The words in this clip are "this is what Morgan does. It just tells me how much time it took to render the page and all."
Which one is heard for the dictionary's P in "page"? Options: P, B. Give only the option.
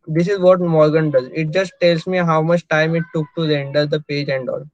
P